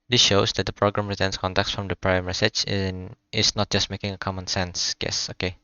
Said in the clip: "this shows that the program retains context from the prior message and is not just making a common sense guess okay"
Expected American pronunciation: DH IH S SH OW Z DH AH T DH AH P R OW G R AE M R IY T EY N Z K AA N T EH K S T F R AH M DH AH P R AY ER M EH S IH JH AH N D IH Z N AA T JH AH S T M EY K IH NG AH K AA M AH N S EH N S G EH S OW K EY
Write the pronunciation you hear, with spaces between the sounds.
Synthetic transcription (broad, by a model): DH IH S SH OW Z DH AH T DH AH P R OW G R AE M R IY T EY N S K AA N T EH K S F R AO M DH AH P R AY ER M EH S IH CH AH N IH S N AA T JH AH S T M EY K IH NG AH K AA M AH N S EH N S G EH S OW K EY